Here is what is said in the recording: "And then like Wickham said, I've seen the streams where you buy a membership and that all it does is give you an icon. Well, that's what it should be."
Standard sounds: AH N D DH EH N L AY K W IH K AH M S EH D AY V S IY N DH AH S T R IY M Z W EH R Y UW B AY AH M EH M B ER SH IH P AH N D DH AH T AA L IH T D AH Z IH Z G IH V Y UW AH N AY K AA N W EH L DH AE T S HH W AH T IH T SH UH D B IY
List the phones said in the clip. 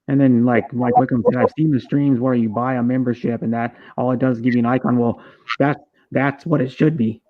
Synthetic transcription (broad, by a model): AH N DH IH N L AY K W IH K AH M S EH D AY V S IY N DH AH S T R IY M Z W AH R Y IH B AY AH M EH M B ER SH IH P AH N DH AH T AA L IH T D AH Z Z G IH V Y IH AH N AY K AA N W EH L DH AE T S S W AH T IH T SH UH D B IY